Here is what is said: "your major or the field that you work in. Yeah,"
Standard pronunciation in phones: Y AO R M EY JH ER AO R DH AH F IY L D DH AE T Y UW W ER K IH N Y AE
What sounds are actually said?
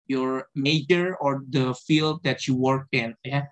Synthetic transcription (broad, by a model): Y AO R M EY JH ER AO R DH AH F IY L D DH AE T Y UW W ER K IH N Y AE